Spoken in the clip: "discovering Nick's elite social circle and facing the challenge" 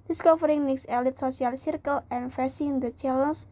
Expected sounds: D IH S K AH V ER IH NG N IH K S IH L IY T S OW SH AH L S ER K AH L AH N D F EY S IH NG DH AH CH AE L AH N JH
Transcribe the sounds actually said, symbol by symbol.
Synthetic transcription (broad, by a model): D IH S K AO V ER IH NG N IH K S IH L IY T S OW S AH L S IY K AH L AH N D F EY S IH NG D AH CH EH L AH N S